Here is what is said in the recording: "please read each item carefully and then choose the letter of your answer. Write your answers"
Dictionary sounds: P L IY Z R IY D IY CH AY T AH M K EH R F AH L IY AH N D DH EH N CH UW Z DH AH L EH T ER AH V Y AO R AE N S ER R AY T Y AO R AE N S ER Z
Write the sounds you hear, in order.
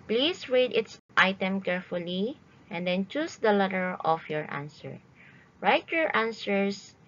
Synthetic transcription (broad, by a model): P L IY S R IY D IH S AY T AH M K EH R F AH L IY AH N D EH N CH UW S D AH L EH T ER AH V Y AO R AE N S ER R AY T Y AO R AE N S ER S